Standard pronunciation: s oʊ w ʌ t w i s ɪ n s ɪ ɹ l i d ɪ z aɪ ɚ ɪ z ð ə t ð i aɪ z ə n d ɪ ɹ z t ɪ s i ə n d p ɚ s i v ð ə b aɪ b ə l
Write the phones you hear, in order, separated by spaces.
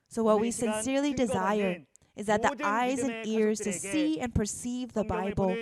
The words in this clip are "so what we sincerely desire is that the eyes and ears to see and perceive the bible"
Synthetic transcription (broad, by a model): s oʊ w ʌ t w i s ɪ n s ɪ ɹ l i d ɪ z aɪ ɚ ɪ z ð ə t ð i aɪ z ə n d ɪ ɹ z t ɪ s i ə n p ɚ s i v ð ə b aɪ b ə l